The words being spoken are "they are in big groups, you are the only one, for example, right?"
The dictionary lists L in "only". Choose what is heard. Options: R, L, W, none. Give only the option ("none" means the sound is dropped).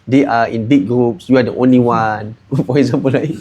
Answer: L